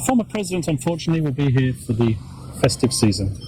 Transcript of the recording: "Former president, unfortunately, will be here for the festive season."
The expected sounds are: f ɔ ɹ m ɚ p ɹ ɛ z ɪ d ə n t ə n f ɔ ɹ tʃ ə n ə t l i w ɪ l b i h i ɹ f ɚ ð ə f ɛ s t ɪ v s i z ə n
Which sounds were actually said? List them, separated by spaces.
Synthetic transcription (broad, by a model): f ɔ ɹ m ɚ p ɹ ɛ z ɪ d ə n t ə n f ɔ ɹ tʃ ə n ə t l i w ɪ l b i h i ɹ f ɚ ð ə f ɛ s t ɪ v s i z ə n